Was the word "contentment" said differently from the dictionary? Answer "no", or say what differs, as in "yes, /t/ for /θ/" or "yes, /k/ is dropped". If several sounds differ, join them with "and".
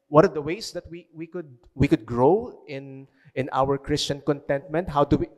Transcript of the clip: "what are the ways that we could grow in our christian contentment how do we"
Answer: no